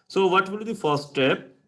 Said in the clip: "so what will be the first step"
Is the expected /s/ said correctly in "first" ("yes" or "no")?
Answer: no